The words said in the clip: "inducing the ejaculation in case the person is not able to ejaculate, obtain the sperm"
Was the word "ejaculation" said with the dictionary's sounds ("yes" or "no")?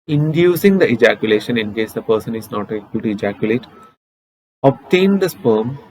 yes